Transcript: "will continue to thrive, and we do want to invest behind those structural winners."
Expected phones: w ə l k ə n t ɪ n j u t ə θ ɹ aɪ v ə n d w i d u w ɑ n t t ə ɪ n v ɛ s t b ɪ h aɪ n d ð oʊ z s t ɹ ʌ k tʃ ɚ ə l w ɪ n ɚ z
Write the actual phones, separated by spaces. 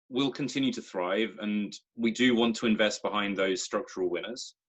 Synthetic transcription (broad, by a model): w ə l k ə n t ɪ n j u t ə θ ɹ aɪ v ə n w i d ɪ w ɑ n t t ə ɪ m v ɛ s t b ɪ h aɪ n ð oʊ z s t ɹ ʌ k tʃ ɚ ə l w ɪ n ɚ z